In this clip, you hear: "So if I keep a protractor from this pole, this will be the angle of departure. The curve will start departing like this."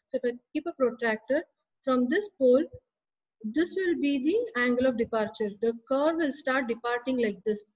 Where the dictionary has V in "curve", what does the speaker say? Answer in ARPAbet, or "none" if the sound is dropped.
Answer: V